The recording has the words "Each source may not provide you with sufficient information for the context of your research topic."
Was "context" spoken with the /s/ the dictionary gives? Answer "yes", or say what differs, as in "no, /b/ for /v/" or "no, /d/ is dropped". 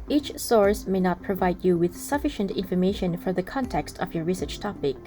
yes